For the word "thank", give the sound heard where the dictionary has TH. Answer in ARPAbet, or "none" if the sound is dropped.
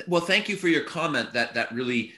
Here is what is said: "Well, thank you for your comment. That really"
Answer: TH